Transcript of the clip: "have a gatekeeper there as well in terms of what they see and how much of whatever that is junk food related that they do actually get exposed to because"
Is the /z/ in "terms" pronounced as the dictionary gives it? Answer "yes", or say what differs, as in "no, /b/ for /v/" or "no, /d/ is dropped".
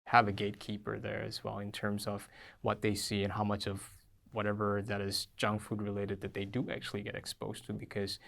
yes